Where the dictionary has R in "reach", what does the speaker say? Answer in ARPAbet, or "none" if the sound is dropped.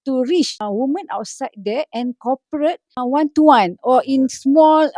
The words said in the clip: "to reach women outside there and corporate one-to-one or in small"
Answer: R